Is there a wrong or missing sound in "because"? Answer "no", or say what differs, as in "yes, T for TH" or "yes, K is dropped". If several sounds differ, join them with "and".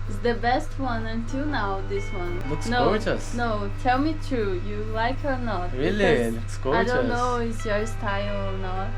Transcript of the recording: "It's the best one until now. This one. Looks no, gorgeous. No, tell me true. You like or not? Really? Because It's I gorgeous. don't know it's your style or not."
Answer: yes, Z is dropped